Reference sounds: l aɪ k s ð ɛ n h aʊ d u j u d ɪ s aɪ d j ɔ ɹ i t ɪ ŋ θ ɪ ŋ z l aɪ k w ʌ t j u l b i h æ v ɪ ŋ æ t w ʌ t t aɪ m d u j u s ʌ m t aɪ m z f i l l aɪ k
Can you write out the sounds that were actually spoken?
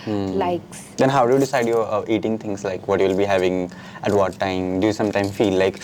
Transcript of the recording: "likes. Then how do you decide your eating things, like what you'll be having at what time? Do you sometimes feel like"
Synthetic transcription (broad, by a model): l aɪ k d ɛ n h aʊ d u j u d ɪ s aɪ d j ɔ i t ɪ ŋ t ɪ ŋ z l aɪ k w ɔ t j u l b i h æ v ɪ ŋ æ t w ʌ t t aɪ m d u j u s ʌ m t aɪ m f i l l aɪ k